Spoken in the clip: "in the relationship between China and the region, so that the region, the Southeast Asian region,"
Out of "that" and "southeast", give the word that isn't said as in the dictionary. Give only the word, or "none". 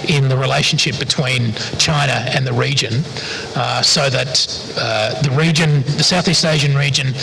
none